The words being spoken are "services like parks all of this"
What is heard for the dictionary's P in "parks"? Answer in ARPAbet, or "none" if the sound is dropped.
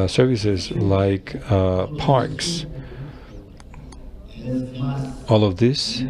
P